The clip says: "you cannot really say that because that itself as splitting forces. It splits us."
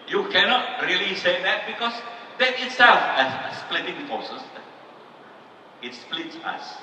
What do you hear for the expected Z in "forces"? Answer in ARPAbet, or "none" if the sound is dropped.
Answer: none